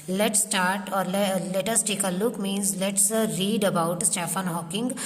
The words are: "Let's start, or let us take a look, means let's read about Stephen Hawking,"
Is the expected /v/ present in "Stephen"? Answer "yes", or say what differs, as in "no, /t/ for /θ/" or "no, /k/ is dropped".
no, /f/ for /v/